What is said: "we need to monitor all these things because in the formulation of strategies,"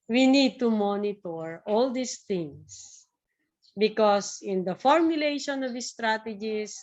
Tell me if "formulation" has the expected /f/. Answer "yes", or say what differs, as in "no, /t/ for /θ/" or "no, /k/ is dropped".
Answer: yes